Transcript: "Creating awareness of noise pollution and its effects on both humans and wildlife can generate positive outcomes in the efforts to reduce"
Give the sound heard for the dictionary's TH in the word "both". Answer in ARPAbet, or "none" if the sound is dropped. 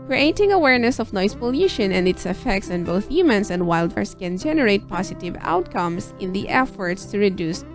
TH